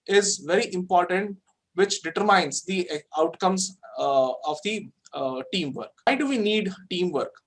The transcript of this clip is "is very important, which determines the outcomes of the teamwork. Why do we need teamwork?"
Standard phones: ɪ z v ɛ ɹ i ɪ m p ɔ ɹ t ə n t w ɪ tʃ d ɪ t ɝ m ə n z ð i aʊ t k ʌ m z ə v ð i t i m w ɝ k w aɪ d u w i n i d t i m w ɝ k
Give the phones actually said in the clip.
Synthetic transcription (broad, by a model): ɪ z v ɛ ɹ i ɪ m p ɔ ɹ t ə n t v ɪ tʃ d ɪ t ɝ m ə n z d i aʊ t k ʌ m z ə v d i t i m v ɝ k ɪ d u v i n i d t i m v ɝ k